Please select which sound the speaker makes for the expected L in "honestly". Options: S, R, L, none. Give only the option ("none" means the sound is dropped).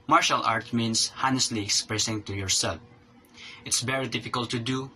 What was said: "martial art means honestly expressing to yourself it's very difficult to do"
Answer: L